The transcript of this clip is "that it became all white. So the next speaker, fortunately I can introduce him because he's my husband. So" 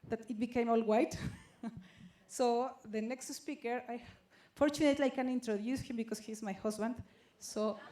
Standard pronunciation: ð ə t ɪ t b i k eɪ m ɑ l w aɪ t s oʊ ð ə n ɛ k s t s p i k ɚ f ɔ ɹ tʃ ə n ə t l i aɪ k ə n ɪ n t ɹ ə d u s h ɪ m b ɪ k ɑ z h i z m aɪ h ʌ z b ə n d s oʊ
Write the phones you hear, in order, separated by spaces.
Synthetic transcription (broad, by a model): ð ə t ɪ t b i k eɪ m ɑ l w aɪ t s oʊ ð ə n ɛ k s t s p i k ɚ f ɔ ɹ tʃ ə n ə t l i aɪ k ə n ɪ n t ɹ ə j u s h ɪ m b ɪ k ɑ s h i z m aɪ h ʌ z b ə n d s oʊ